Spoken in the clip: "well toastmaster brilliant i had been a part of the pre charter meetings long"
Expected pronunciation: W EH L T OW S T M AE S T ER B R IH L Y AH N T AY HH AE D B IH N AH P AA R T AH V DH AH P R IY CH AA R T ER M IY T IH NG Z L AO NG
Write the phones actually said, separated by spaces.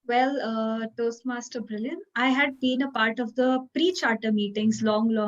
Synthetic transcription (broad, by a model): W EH L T OW S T M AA S T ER B R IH L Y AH N AY HH AE D B IH N AH P AA R T AH V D AH P R IY CH AA R T ER M IY T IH NG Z L AO NG